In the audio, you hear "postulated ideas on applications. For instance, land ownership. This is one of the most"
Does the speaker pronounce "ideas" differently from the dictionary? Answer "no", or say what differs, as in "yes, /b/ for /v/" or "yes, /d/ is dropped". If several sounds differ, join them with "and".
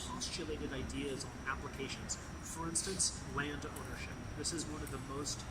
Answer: no